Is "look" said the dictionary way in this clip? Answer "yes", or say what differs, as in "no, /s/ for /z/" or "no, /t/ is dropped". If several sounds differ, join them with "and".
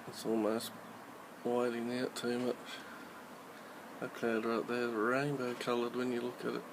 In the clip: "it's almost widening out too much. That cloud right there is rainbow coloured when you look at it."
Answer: yes